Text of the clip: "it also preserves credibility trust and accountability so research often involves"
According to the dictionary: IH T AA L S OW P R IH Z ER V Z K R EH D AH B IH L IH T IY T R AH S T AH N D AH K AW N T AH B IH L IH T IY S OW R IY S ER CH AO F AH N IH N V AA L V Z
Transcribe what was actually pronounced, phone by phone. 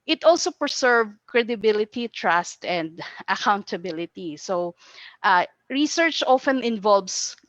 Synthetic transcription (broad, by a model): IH T AA L S OW P R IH S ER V K R EH D AH B IH L IH T IY T R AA S T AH N D AH K AW N T AH B IH L IH T IY S OW R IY S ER CH AO F AH N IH N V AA L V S